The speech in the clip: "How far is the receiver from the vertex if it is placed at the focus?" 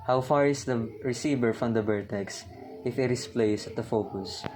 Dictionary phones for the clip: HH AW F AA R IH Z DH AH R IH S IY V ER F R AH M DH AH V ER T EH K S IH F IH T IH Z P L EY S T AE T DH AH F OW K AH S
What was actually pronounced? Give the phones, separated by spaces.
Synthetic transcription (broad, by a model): HH AW F AA R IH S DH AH R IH S IY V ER F R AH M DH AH B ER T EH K S IH F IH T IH S P L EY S AH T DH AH F OW K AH S